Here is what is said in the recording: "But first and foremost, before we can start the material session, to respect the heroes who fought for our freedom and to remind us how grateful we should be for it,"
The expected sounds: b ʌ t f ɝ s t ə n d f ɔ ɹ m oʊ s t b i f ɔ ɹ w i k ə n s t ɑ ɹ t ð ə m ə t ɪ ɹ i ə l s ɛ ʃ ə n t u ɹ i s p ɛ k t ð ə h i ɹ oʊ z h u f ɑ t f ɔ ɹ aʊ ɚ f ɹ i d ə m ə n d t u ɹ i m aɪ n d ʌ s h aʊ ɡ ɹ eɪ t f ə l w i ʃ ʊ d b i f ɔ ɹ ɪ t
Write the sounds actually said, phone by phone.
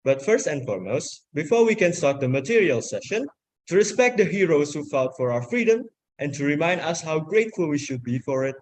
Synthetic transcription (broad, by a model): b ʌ t f ɝ s t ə n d f ɔ ɹ m oʊ s t b i f ɔ ɹ w i k ə n s t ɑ ɹ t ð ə m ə t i ɹ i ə l s ɛ ʃ ə n t u ɹ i s p ɛ k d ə h i ɹ oʊ s h u f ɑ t f ɔ ɹ aʊ ɚ f ɹ i d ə m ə n t u ɹ i m aɪ n d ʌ s h aʊ ɡ ɹ eɪ t f ə l w i ʃ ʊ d b i f ɔ ɹ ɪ t